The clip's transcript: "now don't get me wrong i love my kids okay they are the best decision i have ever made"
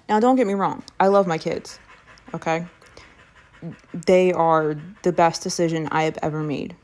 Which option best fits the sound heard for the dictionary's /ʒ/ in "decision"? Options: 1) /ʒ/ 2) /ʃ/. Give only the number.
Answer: 1